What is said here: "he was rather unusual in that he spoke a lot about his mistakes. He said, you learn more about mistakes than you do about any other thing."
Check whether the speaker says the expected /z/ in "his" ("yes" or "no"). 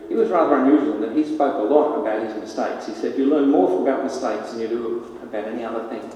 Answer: yes